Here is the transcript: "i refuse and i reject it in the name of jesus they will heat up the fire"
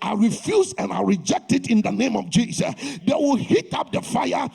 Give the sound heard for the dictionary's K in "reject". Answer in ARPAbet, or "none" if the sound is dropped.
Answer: K